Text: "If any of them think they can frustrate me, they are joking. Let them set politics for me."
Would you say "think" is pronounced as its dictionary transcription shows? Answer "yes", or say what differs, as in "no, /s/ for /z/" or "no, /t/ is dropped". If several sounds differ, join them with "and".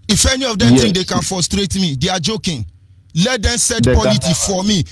no, /t/ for /θ/